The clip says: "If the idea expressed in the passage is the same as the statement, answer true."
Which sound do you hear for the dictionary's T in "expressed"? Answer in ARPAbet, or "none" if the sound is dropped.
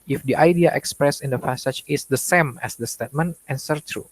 none